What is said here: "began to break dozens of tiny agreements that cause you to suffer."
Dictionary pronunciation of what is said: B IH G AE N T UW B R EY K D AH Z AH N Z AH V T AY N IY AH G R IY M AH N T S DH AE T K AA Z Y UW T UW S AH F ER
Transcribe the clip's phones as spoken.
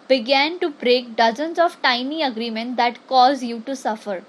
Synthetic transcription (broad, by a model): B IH G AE N T UW B R EY K D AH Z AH N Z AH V T AY N IY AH G R IY M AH N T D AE T K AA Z Y UW T UW S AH F ER